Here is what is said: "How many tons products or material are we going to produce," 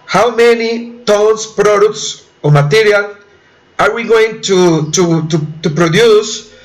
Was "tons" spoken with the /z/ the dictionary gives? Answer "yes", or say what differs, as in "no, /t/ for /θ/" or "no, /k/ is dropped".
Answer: no, /s/ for /z/